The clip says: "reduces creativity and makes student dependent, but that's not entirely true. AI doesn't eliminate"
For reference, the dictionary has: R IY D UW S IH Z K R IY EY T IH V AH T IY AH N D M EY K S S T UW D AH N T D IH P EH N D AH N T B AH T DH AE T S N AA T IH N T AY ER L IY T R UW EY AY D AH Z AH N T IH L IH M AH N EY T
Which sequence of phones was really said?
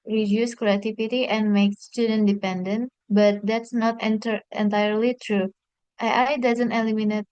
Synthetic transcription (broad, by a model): R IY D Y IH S K R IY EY T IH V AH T IY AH N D M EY K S S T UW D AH N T D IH P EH N D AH N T B AH T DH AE T S N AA T IH N T AY ER L IY T R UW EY AY D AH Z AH N T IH L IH M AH N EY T